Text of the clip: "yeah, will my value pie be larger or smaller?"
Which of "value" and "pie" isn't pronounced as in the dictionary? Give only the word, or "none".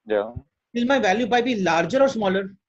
pie